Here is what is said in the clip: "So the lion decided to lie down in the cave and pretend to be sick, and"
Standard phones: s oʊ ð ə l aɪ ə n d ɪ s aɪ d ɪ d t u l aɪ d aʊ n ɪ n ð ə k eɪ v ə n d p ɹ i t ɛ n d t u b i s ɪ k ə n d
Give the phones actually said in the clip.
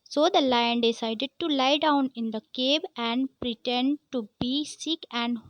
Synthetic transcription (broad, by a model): s oʊ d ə l aɪ ə n d ɪ s aɪ d ɪ d t u l aɪ d aʊ n ɪ n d ə k eɪ b ə n d p ɹ i t ɛ n d t u b i s ɪ k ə n d